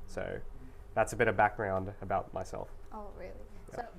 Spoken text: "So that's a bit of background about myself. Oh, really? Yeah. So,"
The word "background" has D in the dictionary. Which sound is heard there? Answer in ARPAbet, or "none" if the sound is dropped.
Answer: D